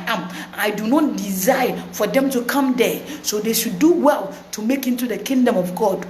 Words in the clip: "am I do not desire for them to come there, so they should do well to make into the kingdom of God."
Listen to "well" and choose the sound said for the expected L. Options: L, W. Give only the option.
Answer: L